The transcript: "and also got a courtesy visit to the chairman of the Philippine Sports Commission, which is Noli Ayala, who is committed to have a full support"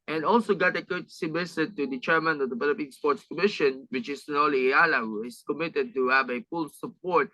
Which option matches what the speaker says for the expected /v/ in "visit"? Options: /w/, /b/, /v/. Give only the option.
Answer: /b/